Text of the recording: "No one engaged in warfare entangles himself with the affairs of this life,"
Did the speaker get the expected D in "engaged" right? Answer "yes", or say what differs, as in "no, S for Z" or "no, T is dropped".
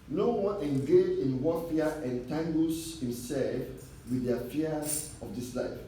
no, D is dropped